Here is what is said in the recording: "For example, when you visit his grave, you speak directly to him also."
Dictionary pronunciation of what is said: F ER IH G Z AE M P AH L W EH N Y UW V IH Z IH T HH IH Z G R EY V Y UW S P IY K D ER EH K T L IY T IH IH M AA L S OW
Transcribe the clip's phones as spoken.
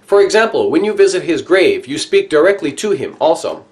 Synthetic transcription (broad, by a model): F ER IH G Z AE M P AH L W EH N Y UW V IH Z IH T HH IH Z G R EY V Y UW S P IY K D ER EH K T L IY T IH IH M AA L S OW